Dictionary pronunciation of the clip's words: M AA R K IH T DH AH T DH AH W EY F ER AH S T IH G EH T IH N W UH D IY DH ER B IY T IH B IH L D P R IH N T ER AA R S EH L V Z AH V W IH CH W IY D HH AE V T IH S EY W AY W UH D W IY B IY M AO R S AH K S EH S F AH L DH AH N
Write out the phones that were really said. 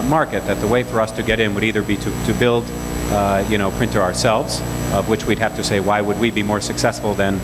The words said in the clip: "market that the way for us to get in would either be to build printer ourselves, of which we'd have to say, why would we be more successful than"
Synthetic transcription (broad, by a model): M AA R K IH T DH AH T DH AH W EY F ER AH S T IH G EH T IH N W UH D IY DH ER B IY T IH B IH L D P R IH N T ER AA R S EH L V Z AH V W IH CH W IY D HH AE F T IH S EY W AY W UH D W IY B IY M AO R S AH K S EH S F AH L DH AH N